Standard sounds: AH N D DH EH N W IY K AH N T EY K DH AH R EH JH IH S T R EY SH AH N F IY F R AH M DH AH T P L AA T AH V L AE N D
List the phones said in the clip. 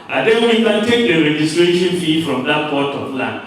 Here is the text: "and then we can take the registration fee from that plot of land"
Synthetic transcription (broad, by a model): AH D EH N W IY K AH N T EY K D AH R EH JH IH S T R EY SH AH N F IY F R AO M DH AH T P AA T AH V L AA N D